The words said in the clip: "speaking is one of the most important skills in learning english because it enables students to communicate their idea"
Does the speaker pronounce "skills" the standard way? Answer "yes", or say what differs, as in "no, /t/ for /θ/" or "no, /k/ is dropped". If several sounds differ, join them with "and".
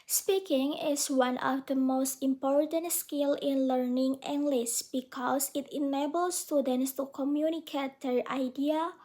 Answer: no, /z/ is dropped